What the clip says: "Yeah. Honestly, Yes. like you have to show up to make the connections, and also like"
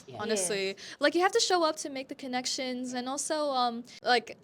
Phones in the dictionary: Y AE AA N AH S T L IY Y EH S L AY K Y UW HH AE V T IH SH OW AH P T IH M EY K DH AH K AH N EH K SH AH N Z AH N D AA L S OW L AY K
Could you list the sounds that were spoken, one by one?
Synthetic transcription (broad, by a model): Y AA N AH S T L IY L AY K Y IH HH AE F T IH SH OW AH P T IH M EY K DH AH K AH N EH K SH AH N Z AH N AA L S OW L AY K